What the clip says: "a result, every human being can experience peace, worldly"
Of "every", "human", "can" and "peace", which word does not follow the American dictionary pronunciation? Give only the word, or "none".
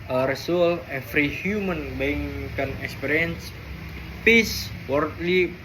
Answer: every